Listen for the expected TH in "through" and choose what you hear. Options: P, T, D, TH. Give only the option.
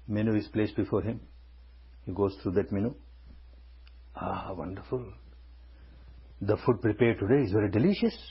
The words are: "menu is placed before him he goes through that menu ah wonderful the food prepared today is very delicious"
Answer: T